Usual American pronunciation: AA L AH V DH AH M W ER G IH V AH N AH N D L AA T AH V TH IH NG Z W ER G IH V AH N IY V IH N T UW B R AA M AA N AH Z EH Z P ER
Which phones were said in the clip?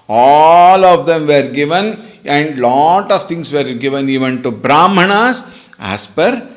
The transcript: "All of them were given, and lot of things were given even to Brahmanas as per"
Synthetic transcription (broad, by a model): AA L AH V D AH M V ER G IH V AH N AH N D L AA T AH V T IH NG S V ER G IH V AH N IY V IH N T UW B R AA M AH N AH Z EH S P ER